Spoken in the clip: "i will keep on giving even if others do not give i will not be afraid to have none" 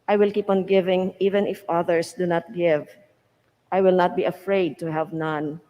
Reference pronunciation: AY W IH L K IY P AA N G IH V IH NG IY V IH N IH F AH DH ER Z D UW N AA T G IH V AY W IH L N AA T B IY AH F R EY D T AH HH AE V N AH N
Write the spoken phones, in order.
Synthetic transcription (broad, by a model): AY W IH L K IY P AA N G IH V IH NG IY V IH N IH F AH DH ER S D UW N AA T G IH V AY W IH L N AA T B IY AH F R EY D T AH HH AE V N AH N